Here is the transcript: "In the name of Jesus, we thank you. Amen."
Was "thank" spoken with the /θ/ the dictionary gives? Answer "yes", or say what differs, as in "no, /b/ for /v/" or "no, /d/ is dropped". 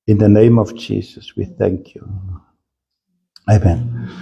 yes